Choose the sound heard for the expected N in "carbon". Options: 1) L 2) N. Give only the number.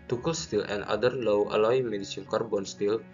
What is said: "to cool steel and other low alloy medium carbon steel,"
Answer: 2